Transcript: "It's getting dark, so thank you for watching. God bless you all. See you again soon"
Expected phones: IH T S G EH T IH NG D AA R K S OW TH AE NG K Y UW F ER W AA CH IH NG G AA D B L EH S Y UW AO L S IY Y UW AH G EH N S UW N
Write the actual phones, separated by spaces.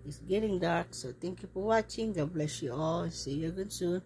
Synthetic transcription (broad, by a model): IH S G EH T IH NG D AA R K S OW T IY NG K Y UW P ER W AA CH IH NG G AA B L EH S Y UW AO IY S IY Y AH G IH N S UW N